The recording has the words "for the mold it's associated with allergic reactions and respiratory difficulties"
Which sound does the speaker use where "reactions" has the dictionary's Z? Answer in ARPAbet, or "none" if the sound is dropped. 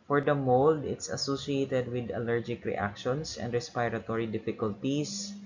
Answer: S